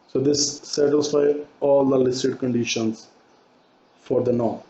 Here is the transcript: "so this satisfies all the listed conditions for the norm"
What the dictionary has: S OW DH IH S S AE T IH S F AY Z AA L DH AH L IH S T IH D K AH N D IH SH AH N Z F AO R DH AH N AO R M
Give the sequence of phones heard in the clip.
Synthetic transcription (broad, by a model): S OW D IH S S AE T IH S F AY AA L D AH L IH S T IH D K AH N D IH SH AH N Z F AO R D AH N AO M